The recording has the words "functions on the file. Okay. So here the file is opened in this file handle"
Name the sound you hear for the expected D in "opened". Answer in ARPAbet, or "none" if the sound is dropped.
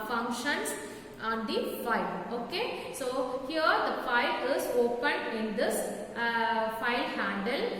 none